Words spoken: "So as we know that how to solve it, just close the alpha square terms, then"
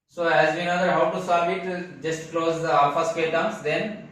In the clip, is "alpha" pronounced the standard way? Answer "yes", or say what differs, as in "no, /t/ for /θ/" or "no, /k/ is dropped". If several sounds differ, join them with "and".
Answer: no, /l/ is dropped